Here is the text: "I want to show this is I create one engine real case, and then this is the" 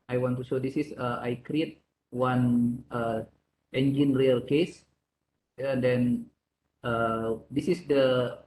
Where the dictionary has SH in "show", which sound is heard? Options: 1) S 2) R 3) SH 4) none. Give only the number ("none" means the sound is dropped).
1